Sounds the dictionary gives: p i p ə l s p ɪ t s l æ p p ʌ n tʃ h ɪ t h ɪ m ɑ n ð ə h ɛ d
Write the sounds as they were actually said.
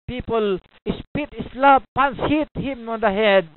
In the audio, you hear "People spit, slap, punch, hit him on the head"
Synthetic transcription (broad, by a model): p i p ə l s p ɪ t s l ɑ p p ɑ n s h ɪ t h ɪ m ɑ n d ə h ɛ d